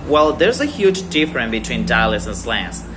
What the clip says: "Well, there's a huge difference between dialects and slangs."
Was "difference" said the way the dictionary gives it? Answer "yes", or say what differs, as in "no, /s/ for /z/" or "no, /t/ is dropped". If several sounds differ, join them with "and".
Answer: no, /s/ is dropped